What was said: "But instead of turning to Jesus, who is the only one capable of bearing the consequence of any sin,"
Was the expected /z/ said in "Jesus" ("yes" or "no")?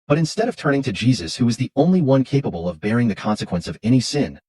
yes